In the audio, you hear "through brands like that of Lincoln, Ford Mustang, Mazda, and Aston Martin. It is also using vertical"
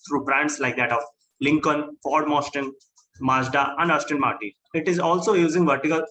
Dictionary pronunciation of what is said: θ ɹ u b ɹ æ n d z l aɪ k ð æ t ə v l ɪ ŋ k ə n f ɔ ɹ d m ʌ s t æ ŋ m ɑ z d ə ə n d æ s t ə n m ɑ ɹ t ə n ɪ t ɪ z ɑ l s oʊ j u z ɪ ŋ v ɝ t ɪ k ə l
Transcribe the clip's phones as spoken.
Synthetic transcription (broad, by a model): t ɹ u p ɹ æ n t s l aɪ k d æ t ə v l ɪ ŋ k ə n f ɔ ɹ d m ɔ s t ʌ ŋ m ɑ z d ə ə n d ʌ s t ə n m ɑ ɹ t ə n ɪ t ɪ z ɑ l s oʊ j u z ɪ ŋ v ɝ t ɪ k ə l